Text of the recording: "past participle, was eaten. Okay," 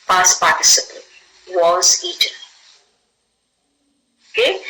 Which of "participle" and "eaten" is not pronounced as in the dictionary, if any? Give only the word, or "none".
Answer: participle